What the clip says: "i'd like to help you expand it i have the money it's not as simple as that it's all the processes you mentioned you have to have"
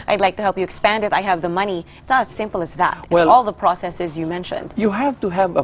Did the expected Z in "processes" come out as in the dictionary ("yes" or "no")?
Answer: yes